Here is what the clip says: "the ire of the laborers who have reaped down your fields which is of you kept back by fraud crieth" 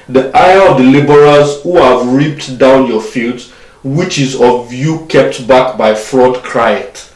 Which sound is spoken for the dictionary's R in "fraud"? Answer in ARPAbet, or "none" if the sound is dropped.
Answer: R